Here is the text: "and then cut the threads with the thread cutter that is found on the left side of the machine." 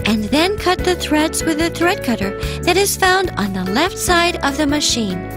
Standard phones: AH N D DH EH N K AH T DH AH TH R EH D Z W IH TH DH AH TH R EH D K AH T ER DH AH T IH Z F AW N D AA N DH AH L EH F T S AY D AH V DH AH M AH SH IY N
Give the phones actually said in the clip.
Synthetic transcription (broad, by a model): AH N DH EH N K AH T DH AH TH R EH D Z W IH DH AH TH R EH D K AH T ER DH AH T IH Z F AW N D N DH AH L EH F T S AY D AH V DH AH M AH SH IY N